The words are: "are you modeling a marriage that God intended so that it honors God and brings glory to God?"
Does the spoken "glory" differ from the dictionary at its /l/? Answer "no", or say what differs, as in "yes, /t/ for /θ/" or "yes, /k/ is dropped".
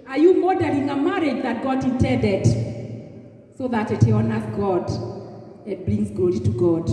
yes, /l/ is dropped